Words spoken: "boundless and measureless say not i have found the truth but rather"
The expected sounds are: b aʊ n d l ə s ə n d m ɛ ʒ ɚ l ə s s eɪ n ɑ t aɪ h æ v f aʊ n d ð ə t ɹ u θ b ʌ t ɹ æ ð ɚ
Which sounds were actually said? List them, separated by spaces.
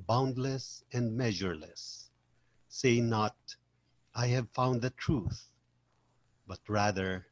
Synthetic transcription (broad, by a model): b aʊ n d l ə s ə n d m ɛ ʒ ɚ l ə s s eɪ n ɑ t aɪ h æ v f aʊ n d ð ə t ɹ u θ b ʌ t ɹ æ ð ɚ